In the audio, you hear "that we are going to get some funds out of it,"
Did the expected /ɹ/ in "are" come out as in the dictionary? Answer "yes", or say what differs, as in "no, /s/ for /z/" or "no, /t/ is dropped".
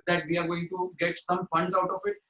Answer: yes